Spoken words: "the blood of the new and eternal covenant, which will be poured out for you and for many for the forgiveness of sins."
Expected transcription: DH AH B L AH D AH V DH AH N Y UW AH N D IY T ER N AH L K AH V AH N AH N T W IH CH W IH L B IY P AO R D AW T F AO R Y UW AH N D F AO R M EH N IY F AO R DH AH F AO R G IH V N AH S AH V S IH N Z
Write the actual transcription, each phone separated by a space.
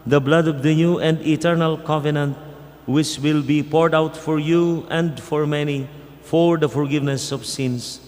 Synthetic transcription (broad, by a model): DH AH B L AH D AH V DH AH N Y UW AH N D IY T ER N AH L K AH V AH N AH N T W IH CH W IH L B IY P AO R D AW T F AO R Y UW AH N D F AO R M EH N IY F AO R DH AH F AO R G IH V N AH S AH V S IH N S